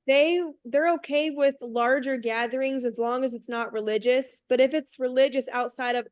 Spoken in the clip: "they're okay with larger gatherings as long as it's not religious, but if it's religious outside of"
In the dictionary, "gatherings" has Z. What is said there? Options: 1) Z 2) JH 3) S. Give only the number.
1